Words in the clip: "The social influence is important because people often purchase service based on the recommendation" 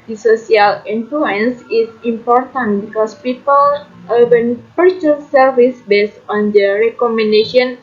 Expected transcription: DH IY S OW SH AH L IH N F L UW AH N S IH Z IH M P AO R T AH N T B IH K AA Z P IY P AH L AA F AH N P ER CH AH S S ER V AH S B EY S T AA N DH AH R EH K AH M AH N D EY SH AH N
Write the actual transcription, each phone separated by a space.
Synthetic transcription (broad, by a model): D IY S OW S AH L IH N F L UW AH N S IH S IH M P AO R T AH N T B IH K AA S P IY P AH L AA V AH N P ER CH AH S S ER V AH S B EY S T AA N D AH R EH K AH M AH N D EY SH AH N